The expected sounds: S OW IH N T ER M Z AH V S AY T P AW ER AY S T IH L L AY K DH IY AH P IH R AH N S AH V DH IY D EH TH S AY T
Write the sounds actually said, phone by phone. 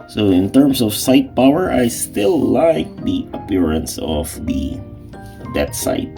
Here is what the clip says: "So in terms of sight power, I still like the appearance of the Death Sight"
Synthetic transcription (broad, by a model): S OW IH N T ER M S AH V S AY T P AW ER AY S T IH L L AY K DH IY AH P IH R AH N S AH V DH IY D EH T S AY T